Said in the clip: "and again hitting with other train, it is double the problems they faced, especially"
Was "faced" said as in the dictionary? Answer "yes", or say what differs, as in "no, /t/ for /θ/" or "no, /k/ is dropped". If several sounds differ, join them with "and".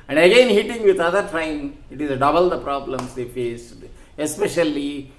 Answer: no, /t/ is dropped